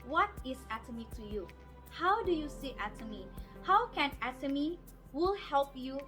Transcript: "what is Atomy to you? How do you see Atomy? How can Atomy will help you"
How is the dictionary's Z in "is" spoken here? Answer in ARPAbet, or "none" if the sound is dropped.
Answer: S